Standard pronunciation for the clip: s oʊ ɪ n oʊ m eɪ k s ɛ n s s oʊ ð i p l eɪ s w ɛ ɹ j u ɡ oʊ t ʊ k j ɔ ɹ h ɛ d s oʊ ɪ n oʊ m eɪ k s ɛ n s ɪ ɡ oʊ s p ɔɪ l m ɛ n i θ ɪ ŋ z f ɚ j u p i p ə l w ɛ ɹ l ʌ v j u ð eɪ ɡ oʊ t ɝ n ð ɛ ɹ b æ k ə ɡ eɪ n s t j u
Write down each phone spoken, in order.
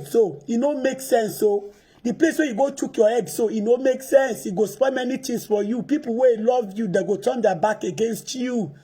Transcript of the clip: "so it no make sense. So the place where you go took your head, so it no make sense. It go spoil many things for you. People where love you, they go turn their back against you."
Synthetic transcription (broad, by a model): s oʊ ɪ n oʊ m eɪ k s ɛ n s s oʊ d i p l eɪ s w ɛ j u ɡ oʊ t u k j ɔ h ɛ d s oʊ ɪ n oʊ m eɪ k s ɛ n s ɪ ɡ oʊ s p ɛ m ɛ n i t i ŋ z f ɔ j u p i p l w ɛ l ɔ v j u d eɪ ɡ oʊ t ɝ n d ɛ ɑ b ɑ k ə ɡ eɪ n s t j u